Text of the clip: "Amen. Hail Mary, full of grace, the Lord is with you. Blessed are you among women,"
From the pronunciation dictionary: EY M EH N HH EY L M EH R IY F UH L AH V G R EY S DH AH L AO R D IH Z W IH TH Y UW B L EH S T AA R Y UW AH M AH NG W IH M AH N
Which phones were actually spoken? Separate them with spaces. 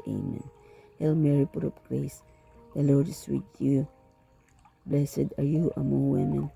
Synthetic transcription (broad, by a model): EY M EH N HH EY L M EH R IY P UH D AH P G R EY S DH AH L AO R D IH S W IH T Y UW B L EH S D AA R Y UW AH M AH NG W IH M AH N